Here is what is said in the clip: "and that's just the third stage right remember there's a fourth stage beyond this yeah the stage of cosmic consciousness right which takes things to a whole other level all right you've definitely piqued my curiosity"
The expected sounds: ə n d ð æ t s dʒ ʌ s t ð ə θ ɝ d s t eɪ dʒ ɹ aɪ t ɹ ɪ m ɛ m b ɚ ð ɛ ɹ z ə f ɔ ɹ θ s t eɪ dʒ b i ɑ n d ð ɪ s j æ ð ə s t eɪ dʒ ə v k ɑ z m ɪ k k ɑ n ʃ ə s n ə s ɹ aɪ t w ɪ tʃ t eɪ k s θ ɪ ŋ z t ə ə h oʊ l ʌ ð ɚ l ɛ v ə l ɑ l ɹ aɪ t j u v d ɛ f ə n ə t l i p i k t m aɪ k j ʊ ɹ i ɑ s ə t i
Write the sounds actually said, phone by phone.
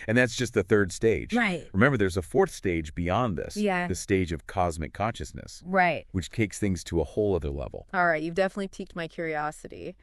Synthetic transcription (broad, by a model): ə n ð æ t s dʒ ʌ s t ð ə θ ɝ d s t eɪ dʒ ɹ aɪ t ɹ ɪ m ɛ m b ɚ ð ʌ ɹ z ə f ɔ ɹ θ s t eɪ dʒ b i ɑ n ð ɪ s j æ ð ə s t eɪ dʒ ə v k ɑ z m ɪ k k ɑ n ʃ ə s n ə s ɹ aɪ t w ɪ tʃ t eɪ k s θ ɪ ŋ z t ə ə h oʊ l ʌ ð ɚ l ɛ v l ɑ l ɹ aɪ t j u v d ɛ f ə n ə t l i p i k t m aɪ k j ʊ ɹ i ɑ s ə t i